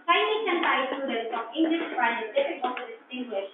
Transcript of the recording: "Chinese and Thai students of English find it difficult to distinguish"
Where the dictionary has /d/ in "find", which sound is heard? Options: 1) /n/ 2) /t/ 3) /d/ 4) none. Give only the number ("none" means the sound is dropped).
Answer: 4